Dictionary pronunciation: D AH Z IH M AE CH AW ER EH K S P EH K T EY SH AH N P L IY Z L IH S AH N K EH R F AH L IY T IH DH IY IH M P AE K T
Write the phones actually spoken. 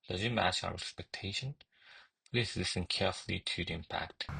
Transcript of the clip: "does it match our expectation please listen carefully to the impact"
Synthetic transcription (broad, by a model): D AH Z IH M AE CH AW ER EH K S P EH K T EY SH AH N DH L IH S L IH S AH N K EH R F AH L IY T IH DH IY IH M P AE K T